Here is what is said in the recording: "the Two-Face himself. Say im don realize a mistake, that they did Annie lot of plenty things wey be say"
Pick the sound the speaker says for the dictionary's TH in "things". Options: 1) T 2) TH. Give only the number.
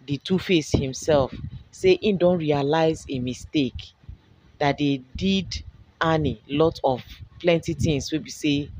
1